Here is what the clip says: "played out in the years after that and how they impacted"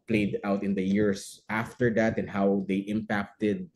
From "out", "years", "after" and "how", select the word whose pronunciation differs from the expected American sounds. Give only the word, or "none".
years